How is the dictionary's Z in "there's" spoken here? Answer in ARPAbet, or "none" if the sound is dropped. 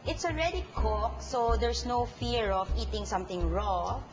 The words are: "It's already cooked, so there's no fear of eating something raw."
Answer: S